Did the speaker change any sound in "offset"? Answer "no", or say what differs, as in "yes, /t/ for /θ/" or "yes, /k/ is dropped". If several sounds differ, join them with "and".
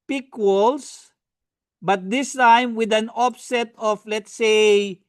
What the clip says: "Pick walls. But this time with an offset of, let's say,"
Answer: yes, /p/ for /f/